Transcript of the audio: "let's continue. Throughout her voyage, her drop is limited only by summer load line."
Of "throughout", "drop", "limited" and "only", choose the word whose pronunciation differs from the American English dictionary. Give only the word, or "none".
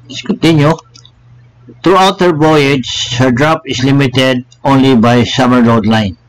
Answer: throughout